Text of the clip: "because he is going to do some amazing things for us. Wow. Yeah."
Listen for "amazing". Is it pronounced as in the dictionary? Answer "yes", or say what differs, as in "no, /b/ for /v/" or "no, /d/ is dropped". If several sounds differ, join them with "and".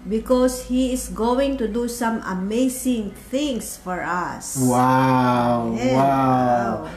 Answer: no, /s/ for /z/